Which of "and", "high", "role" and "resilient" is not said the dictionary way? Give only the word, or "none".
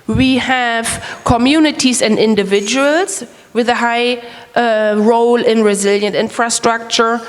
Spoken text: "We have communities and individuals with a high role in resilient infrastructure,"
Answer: none